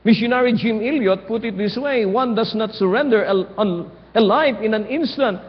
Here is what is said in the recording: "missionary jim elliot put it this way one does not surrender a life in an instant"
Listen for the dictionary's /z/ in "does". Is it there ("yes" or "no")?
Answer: no